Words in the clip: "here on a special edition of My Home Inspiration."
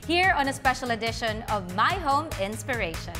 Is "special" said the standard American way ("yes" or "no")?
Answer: yes